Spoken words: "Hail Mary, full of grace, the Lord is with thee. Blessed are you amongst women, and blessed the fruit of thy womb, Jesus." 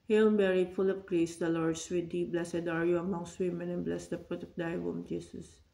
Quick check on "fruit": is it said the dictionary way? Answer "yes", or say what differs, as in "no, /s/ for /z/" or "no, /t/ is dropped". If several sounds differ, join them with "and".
no, /p/ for /f/